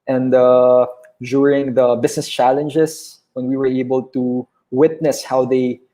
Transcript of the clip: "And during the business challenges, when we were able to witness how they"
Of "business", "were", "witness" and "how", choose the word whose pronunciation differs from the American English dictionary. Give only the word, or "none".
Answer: business